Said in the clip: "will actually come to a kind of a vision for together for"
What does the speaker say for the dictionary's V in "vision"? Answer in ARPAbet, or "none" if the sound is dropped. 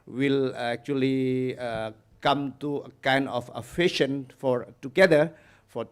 F